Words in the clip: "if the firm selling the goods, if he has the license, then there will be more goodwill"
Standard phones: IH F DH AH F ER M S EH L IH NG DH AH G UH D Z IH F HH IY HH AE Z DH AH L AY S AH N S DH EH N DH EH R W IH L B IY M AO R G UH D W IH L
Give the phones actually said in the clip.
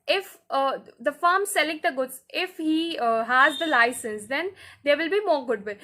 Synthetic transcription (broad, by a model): IH F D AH F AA M S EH L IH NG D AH G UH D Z IH F HH IY HH AE Z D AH L AY S AH N S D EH N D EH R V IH L B IY M AO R G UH D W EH